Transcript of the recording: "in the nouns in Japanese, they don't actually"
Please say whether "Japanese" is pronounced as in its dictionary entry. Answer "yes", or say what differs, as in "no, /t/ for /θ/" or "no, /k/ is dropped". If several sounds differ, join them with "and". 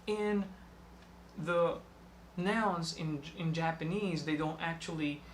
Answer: yes